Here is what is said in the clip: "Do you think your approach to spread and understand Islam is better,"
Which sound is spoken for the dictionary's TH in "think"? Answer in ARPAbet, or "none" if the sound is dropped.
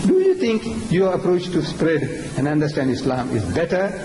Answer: T